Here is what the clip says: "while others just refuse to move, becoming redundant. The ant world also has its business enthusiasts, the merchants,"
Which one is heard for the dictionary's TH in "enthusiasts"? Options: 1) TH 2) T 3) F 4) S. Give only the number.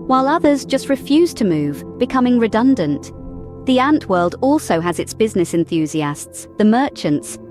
1